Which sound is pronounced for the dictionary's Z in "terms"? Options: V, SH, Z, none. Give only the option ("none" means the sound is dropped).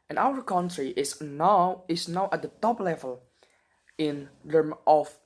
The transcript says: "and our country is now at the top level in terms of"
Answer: none